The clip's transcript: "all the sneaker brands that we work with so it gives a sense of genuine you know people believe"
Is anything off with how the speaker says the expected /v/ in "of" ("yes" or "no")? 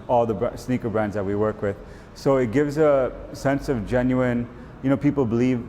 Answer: no